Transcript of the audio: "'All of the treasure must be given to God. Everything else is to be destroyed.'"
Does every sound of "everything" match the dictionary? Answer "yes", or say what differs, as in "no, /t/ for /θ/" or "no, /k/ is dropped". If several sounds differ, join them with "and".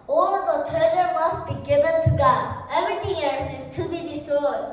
no, /t/ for /θ/